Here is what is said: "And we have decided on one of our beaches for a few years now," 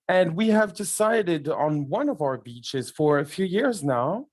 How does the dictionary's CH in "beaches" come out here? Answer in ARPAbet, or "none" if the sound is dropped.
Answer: CH